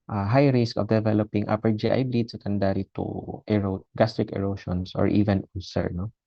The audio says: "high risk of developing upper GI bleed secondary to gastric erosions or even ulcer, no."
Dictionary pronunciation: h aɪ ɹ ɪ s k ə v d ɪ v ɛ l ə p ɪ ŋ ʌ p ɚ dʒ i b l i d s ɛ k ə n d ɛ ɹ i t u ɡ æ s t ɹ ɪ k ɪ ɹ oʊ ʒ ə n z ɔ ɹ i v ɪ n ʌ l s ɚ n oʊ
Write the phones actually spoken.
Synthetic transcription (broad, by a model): h aɪ ɹ ɪ s k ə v d ɪ v ɛ l ə p ɪ ŋ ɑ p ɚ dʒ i b l i d s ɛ k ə n d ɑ ɹ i t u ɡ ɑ s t ɹ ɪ k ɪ ɹ oʊ ʃ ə n s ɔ ɹ i v ɪ n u s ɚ n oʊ